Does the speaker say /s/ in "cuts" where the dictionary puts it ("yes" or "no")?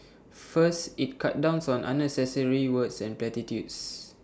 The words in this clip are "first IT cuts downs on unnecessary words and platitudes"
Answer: no